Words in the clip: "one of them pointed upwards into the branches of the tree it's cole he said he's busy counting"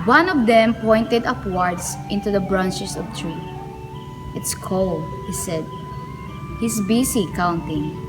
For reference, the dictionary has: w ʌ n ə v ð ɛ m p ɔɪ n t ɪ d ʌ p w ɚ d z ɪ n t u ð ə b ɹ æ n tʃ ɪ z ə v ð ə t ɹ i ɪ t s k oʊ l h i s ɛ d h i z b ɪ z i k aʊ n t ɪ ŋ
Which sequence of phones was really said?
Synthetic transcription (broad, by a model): w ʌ n ə v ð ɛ m p ɔɪ n t ɪ d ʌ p w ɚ d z ɪ n t u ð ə b ɹ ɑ n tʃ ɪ s ə v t ɹ i ɪ t s k oʊ l h i s ɛ d h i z b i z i k aʊ n t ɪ ŋ